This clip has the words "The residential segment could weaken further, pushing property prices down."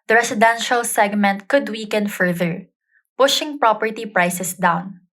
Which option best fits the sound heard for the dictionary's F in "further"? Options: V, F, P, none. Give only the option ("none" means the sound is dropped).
F